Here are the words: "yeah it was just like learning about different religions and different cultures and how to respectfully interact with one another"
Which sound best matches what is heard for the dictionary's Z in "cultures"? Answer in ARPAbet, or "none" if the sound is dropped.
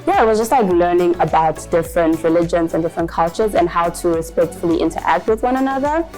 Z